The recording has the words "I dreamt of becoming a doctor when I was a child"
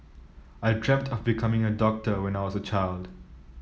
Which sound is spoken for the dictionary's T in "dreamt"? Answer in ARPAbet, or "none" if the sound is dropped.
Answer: T